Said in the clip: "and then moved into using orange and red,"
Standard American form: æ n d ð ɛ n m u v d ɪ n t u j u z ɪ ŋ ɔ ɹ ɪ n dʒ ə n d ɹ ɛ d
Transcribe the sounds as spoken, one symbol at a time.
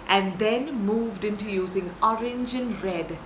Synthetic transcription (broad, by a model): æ n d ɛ n m u v d ɪ n t u j u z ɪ ŋ ɔ ɹ ɪ n dʒ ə n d ɹ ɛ d